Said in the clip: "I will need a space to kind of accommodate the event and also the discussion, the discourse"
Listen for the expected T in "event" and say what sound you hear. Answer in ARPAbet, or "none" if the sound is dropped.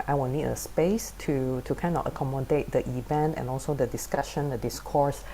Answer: T